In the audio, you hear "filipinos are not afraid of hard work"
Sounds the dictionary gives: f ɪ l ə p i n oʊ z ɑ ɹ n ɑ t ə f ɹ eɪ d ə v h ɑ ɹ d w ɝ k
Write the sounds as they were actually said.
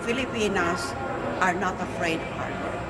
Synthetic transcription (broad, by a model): f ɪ l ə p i n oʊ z ɑ ɹ n ɑ t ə f ɹ eɪ ə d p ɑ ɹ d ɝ